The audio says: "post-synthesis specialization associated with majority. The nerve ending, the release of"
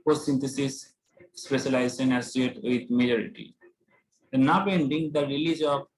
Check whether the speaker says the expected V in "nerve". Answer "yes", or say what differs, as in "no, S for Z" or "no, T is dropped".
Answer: no, B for V